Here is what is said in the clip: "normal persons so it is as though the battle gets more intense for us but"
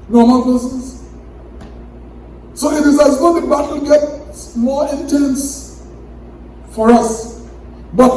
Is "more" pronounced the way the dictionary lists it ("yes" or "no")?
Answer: no